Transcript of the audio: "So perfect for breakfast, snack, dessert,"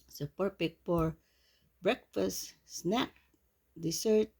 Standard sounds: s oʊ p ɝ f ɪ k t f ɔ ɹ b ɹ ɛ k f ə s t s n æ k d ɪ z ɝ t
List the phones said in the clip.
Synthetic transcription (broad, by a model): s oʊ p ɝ p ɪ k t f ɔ ɹ b ɹ ɛ k f ə s t s n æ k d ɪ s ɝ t